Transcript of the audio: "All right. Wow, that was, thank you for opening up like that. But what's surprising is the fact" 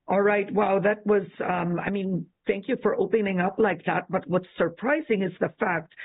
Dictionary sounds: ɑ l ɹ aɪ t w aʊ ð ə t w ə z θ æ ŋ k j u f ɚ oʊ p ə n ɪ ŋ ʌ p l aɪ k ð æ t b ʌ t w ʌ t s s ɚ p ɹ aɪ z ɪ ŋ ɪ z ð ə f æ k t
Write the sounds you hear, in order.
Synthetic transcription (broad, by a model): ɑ l ɹ aɪ t w aʊ ð ə t w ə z θ æ ŋ k j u f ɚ oʊ p ə n ɪ ŋ ʌ p l aɪ k ð æ t b ʌ t w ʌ t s s ɚ p ɹ aɪ z ɪ ŋ ɪ z ð ə f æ k t